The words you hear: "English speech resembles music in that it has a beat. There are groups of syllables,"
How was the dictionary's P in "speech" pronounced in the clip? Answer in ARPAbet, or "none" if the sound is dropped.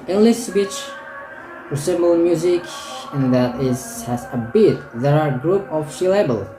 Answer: B